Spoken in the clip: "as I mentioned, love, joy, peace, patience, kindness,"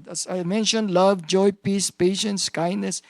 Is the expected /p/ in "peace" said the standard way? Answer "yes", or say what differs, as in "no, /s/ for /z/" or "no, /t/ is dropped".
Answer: yes